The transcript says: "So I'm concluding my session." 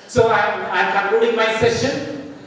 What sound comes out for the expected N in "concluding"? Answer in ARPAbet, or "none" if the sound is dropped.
none